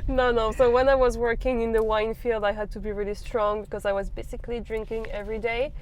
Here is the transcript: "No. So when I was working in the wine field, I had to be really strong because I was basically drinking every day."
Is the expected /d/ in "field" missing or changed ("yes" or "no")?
no